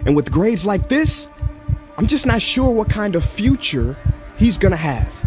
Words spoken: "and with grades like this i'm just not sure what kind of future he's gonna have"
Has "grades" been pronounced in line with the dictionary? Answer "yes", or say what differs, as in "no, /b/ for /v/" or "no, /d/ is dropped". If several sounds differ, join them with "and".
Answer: yes